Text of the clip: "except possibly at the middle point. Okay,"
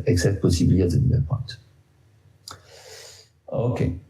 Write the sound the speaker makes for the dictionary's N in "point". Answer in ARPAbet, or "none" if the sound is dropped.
none